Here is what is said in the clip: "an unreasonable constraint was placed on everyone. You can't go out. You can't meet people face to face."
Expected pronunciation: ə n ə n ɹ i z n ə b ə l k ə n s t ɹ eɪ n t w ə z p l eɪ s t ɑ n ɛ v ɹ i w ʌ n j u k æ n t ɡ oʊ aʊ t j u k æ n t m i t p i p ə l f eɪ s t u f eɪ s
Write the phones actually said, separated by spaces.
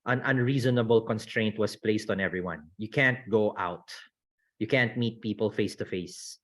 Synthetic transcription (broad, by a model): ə n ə n ɹ i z n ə b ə l k ə n s t ɹ eɪ n t w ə s p l eɪ s t ɑ n ɛ v ɹ i w ʌ n j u k æ n t ɡ oʊ aʊ t j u k æ n t m i t p i p ə l f eɪ s t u f eɪ s